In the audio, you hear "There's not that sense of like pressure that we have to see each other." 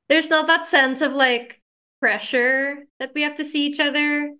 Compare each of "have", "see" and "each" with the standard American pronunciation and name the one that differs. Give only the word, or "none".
have